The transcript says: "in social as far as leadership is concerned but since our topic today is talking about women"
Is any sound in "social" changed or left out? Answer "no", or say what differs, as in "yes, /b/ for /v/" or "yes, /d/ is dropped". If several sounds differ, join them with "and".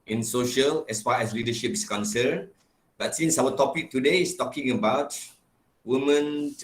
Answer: no